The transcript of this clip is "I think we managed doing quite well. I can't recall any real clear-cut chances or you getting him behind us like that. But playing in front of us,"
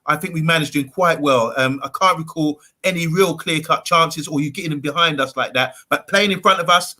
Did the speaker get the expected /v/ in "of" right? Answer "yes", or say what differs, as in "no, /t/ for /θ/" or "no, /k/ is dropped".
yes